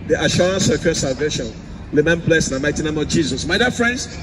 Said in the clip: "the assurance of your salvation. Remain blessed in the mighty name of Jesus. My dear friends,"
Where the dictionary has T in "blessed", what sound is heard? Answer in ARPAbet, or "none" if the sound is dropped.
none